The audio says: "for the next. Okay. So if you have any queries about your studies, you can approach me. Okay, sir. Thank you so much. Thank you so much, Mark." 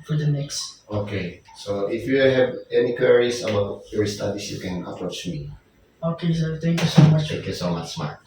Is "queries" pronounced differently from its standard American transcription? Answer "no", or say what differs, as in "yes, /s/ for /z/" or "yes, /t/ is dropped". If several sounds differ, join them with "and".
yes, /s/ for /z/